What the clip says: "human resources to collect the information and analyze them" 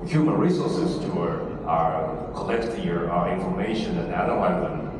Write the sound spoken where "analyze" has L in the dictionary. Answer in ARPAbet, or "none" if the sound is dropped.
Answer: none